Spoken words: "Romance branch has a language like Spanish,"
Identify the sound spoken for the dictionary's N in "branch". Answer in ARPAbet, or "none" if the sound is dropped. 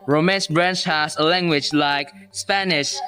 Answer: N